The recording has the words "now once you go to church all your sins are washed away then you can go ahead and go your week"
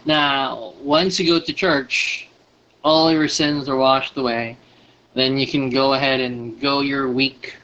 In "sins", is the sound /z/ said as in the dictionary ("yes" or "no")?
yes